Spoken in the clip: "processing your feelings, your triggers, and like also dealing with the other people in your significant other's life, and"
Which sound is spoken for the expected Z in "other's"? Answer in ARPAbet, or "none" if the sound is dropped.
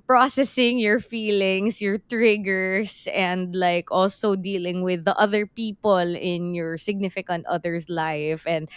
S